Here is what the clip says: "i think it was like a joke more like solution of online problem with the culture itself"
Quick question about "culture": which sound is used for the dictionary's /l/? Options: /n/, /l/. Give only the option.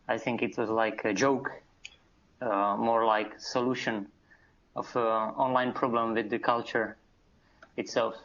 /l/